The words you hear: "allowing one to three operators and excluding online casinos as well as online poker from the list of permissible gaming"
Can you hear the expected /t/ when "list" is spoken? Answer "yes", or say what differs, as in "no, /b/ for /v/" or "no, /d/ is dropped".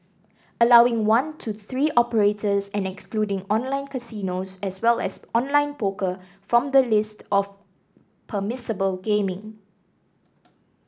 yes